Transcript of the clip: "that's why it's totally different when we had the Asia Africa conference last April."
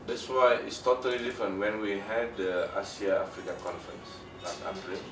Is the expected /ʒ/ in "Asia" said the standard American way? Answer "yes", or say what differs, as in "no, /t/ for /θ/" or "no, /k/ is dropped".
no, /s/ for /ʒ/